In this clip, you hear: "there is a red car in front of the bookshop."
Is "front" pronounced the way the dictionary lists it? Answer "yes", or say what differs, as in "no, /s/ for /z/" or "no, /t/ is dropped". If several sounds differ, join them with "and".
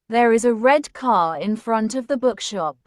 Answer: yes